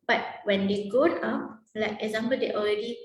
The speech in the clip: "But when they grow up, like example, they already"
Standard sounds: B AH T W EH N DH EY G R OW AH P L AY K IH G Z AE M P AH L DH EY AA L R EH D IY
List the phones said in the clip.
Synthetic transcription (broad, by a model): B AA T W EH N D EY G OW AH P L AY K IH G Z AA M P AH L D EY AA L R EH D IY